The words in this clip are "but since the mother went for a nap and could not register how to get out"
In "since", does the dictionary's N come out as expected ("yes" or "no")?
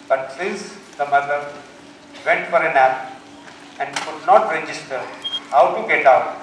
no